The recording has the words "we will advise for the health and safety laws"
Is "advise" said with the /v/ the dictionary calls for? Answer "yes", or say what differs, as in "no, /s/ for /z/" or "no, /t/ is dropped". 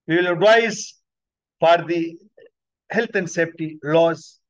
no, /v/ is dropped